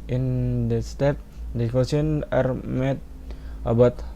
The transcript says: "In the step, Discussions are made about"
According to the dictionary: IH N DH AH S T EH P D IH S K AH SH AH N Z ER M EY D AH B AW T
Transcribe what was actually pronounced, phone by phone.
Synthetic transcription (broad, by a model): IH N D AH S T EH P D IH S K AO S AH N ER M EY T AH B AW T